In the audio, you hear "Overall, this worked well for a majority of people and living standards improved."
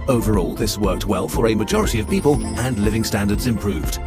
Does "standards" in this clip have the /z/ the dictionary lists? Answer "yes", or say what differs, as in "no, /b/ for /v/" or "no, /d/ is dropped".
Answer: yes